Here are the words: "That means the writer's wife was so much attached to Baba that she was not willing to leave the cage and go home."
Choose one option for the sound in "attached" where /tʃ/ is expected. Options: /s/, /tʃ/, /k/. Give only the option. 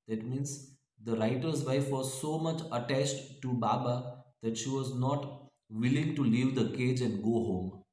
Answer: /tʃ/